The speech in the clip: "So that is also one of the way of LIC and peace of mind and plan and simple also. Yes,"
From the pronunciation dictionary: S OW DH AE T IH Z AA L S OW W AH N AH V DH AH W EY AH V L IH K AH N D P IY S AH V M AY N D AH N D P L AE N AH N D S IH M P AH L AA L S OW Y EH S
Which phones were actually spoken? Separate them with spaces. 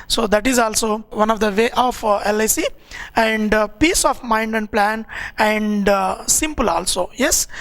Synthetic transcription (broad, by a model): S OW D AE T IH Z AA L S OW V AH N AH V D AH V EY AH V L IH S AH N D P IY S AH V M AY N D AH N D P L AE N AH N D S IH M P AH L AA L S OW Y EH S